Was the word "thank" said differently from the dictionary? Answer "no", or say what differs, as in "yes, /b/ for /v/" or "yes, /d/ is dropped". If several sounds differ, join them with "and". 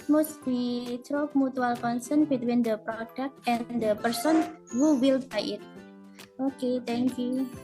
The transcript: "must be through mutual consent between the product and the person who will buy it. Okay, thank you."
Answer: yes, /t/ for /θ/